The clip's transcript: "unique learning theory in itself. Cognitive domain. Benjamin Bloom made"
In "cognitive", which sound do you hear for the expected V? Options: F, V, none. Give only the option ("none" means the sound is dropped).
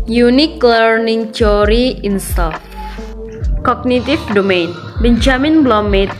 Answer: F